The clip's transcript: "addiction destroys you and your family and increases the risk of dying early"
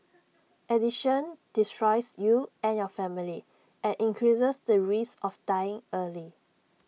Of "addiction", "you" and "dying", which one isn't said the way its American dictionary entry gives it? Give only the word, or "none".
addiction